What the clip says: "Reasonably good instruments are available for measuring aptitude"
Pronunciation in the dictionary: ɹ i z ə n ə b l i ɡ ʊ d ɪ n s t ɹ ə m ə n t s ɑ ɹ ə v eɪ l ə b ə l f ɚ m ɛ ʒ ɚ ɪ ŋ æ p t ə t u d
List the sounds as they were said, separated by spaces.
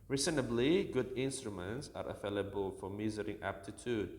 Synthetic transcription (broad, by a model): ɹ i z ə n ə b l i ɡ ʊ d ɪ n s t ɹ ə m ə n t s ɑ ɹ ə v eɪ l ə b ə l f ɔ m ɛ z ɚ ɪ ŋ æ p t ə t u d